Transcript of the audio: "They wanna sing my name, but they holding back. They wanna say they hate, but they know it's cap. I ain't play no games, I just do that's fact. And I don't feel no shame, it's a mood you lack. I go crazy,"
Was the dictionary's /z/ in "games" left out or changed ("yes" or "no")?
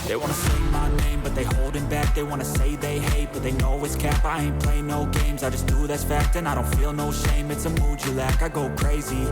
no